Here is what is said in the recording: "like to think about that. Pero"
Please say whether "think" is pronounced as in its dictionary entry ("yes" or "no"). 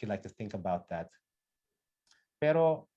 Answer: yes